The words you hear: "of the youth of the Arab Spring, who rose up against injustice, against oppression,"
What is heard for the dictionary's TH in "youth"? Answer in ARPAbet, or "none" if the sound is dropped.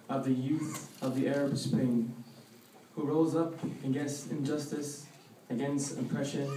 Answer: TH